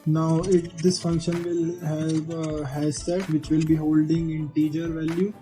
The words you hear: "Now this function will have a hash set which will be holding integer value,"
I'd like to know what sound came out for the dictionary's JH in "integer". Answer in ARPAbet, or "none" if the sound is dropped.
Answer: JH